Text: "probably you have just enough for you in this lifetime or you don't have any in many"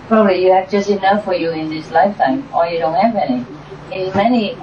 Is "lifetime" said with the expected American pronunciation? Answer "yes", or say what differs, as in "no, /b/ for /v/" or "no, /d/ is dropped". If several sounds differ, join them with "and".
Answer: yes